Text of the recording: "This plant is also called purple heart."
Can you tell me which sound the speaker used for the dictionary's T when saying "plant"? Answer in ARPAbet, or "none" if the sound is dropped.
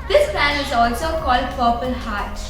none